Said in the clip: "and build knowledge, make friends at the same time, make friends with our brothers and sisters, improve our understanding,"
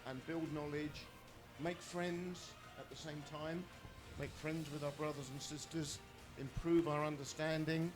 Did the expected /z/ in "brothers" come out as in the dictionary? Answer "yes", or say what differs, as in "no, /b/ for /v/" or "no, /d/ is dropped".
yes